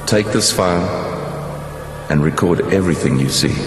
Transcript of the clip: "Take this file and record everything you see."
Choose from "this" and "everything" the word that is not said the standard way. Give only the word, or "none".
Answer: none